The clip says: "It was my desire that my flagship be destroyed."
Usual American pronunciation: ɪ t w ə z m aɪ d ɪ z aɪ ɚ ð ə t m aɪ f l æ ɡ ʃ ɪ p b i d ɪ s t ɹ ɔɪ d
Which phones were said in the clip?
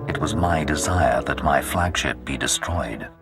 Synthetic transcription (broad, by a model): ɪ t w ə z m aɪ d ɪ z aɪ ɚ ð ə t m aɪ f l æ ɡ ʃ ɪ p b i d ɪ s t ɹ ɔɪ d